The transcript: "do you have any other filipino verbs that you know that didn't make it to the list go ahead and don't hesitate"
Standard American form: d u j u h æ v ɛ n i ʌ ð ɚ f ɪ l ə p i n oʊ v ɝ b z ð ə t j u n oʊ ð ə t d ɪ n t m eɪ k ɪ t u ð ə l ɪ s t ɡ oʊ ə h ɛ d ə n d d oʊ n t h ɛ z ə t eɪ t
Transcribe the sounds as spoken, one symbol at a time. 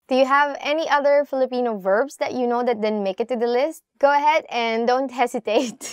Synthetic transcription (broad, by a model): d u j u h æ v ɛ n i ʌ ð ɚ f ɪ l ə p i n oʊ v ɝ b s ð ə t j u n oʊ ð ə t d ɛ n m eɪ k ɪ t u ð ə l ɪ s t ɡ oʊ ə h ɛ d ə n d d oʊ n t h ɛ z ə t eɪ t